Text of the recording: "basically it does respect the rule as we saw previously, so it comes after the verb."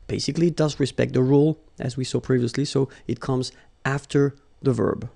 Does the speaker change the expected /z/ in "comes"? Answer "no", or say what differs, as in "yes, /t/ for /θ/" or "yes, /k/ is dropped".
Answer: no